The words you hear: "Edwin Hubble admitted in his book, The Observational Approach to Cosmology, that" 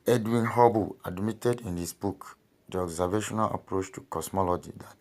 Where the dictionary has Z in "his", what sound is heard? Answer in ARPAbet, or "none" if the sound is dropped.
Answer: S